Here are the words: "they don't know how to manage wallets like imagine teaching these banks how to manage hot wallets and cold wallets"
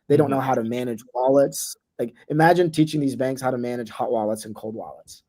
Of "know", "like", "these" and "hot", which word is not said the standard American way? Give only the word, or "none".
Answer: none